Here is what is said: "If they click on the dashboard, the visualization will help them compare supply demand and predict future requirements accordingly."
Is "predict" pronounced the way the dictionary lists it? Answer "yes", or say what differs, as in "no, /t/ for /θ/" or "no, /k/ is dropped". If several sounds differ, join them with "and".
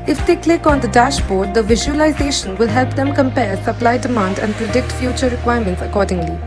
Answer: yes